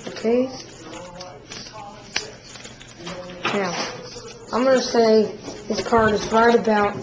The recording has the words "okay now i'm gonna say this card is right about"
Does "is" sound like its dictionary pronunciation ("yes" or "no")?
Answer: yes